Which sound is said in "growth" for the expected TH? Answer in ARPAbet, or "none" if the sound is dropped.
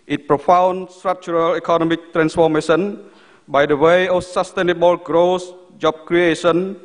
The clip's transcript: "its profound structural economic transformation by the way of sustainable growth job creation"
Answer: S